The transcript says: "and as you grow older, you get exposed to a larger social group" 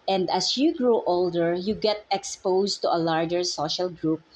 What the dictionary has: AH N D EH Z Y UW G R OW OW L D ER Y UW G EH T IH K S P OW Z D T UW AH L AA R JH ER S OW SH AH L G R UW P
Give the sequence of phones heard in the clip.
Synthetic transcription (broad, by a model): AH N D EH S Y UW G R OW OW L D ER Y UW G EH T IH K S P OW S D T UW AH L AA R JH ER S OW SH AH L G R UW P